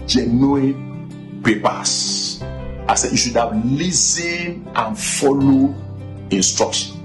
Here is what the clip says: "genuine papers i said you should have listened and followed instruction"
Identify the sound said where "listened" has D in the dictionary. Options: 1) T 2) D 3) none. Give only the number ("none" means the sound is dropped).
3